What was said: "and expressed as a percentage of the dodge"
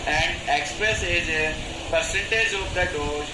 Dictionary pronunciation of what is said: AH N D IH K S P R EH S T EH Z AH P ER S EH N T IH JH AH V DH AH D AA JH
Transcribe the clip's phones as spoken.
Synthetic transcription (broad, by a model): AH N D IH K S P R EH S EH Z P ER S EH N T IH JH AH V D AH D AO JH